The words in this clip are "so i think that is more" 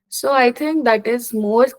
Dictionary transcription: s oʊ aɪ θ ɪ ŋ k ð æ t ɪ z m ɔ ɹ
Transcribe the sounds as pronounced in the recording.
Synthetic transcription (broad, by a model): s oʊ aɪ t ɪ ŋ k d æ t ɪ z m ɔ ɹ